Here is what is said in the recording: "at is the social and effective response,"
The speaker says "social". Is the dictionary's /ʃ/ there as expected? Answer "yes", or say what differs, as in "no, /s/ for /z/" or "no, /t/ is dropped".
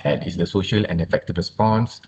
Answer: yes